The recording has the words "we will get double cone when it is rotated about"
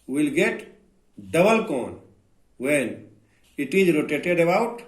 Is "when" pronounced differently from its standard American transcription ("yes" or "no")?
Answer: no